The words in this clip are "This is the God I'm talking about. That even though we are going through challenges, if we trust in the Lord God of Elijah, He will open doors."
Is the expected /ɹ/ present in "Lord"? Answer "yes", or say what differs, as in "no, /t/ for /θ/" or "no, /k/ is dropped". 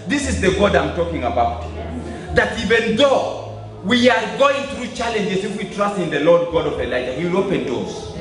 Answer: yes